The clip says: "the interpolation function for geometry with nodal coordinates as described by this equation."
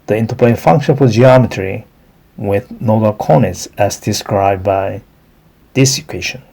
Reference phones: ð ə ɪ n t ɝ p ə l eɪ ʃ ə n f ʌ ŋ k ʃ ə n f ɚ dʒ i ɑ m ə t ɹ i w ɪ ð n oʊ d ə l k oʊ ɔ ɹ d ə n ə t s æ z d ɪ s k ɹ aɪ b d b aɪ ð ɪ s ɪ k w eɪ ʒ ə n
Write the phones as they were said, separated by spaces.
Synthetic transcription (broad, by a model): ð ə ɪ n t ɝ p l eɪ ə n f ʌ ŋ k ʃ ə n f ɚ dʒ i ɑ m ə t ɹ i w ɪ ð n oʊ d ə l k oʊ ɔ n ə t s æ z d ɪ s k ɹ aɪ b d b aɪ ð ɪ s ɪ k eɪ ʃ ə n